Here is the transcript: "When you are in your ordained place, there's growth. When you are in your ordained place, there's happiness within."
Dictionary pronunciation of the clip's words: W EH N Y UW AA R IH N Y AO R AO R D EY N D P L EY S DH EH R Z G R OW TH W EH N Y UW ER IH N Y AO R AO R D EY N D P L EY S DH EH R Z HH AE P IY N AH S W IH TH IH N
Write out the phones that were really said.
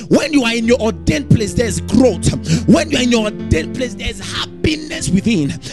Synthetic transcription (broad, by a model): W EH N Y UW AA R IH N Y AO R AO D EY N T P L EY S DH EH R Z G R OW T W EH N Y UW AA IH N Y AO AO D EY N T P L EY S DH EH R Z HH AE P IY N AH S W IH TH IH N